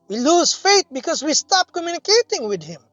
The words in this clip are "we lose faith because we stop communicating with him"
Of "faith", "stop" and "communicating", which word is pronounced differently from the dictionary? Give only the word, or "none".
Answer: faith